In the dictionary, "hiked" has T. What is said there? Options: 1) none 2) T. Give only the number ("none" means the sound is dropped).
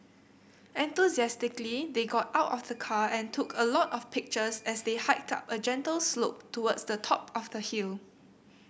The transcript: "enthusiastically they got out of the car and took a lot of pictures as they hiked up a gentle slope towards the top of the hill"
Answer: 2